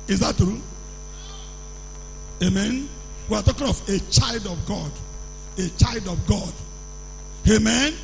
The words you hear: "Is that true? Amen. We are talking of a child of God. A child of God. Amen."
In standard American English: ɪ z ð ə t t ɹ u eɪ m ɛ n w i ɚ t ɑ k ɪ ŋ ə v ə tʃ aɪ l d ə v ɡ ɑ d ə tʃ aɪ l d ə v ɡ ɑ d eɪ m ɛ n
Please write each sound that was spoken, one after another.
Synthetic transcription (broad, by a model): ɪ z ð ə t t ɹ u eɪ m ɛ n w i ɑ t ɑ k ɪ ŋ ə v ə tʃ aɪ l d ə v ɡ ɑ d ə tʃ aɪ l d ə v ɡ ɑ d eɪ m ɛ n